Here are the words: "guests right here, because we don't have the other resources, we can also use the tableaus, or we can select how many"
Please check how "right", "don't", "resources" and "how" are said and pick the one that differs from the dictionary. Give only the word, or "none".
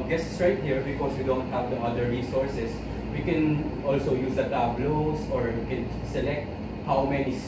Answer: resources